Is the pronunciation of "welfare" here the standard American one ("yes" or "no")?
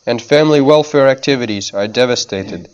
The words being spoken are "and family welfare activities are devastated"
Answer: yes